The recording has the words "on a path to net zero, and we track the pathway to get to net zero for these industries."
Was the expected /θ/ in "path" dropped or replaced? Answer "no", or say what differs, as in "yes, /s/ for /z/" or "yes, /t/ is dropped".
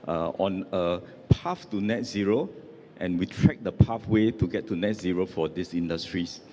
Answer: yes, /f/ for /θ/